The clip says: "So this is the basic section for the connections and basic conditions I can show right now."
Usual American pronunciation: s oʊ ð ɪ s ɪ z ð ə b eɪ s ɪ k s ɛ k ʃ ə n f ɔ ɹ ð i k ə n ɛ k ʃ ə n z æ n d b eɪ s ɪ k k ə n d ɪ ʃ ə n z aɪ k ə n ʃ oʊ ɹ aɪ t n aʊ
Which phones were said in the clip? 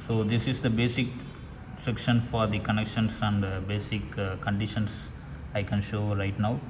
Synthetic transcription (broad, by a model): s oʊ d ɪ s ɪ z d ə b eɪ s ɪ k s ɛ k ʃ ə n f ɔ ɹ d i k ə n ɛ k ʃ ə n s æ n d b eɪ s ɪ k k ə n d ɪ ʃ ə n s aɪ k ə n ʃ oʊ ɹ aɪ t n aʊ